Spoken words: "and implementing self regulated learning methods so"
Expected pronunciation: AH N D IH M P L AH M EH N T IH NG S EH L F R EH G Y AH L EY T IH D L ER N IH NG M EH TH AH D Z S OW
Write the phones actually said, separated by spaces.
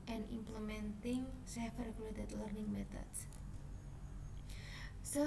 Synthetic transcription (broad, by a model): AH N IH M P L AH M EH N T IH NG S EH F R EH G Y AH L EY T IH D L ER N IH NG M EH T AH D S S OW